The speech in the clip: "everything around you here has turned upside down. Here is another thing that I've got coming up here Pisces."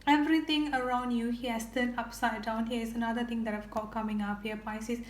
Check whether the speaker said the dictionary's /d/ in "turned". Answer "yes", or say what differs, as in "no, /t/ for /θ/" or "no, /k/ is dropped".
no, /d/ is dropped